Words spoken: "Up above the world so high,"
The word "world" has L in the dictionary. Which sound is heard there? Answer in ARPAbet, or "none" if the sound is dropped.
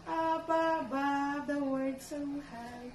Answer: none